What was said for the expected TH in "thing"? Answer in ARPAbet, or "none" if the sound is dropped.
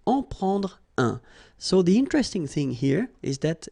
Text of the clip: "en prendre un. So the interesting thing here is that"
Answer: TH